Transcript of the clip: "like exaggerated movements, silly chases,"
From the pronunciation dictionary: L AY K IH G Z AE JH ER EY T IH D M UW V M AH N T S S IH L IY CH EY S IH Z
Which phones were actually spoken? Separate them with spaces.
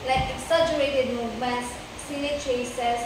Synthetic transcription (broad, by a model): L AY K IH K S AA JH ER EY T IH D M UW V M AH N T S S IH N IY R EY S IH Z